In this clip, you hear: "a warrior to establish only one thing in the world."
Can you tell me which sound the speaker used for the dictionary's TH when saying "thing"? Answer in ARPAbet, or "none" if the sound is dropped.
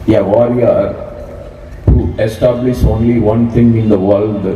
T